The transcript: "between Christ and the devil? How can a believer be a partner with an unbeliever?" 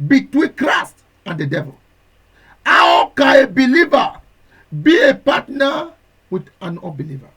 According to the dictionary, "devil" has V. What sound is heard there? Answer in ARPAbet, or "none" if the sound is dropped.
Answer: V